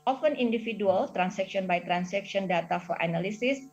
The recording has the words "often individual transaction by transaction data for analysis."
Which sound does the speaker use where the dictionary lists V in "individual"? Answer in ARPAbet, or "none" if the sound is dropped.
F